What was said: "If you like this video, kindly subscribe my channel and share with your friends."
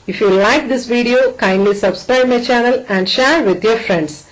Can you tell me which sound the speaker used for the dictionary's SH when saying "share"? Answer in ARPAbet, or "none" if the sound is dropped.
SH